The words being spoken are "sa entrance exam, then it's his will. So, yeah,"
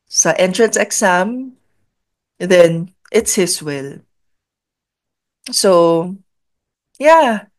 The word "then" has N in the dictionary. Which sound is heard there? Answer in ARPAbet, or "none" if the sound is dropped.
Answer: N